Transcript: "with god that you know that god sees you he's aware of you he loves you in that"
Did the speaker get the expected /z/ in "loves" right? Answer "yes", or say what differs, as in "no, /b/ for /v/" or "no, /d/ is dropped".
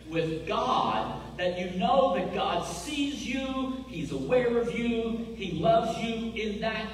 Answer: yes